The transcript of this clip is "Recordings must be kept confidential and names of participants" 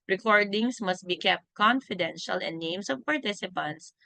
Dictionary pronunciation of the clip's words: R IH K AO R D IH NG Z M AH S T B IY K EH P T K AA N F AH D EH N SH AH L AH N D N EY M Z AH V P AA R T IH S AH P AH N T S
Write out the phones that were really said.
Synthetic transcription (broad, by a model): R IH K AO R D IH NG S M AH S T B IY K EH P T K AA N F AH D EH N SH AH L AH N D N EY M S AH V P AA R T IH S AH P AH N T S